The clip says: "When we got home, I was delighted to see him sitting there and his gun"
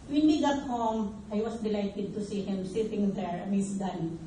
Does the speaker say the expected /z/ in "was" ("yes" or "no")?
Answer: no